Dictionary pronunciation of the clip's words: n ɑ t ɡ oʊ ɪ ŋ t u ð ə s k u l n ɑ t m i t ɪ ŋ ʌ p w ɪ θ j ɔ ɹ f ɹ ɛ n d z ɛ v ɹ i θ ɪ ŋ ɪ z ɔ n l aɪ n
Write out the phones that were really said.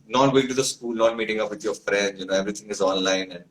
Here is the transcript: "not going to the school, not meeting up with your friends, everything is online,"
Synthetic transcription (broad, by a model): n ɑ t ɡ oʊ ɪ ŋ t u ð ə s k u l n ɑ t m i t ɪ ŋ ʌ p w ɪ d j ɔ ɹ f ɹ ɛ n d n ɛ v ɹ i t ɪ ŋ ɪ z ɔ n l aɪ n